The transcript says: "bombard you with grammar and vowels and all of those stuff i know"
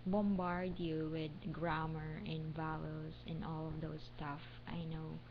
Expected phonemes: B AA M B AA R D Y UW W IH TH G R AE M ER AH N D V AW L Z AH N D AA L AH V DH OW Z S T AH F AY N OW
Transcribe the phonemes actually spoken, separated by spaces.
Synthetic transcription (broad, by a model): B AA M B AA R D Y UW W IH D G R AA M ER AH N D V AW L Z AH N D AA L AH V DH OW S T AH F AY N OW